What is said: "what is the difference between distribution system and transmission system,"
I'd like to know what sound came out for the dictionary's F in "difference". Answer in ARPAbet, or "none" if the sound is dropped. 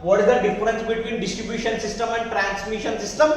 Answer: none